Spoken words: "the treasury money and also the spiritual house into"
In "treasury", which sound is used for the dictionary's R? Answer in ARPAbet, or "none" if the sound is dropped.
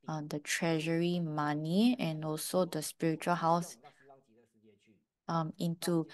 R